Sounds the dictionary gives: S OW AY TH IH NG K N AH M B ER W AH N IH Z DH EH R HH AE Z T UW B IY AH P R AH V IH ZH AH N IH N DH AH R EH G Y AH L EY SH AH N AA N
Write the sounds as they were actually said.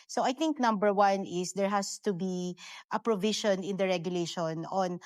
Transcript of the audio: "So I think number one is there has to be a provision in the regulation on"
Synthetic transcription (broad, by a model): S OW AY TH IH NG K N AH M B ER W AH N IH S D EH R HH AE S T UW B IY AH P R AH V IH SH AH N IH N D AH R EH G Y AH L EY SH AH N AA N